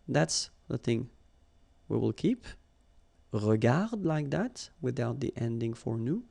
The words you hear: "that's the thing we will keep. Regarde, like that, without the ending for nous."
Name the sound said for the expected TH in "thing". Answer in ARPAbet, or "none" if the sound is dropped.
TH